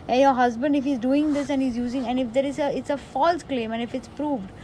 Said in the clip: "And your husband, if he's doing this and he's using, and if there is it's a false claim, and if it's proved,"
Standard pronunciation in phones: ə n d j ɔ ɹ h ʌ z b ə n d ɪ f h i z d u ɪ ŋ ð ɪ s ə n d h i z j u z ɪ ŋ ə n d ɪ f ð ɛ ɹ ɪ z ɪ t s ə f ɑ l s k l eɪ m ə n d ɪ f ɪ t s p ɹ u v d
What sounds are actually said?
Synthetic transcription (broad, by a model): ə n j ɔ ɹ h ʌ z b ə n d ɪ f h i z d u ɪ ŋ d ɪ s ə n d h i z j u z ɪ ŋ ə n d ɪ f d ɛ ɹ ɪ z ɪ t s ə f ɑ l s k l eɪ m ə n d ɪ f ɪ t s p ɹ u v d